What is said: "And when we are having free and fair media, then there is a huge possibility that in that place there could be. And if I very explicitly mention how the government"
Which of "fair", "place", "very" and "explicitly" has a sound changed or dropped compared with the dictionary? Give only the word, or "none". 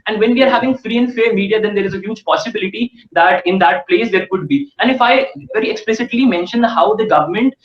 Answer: none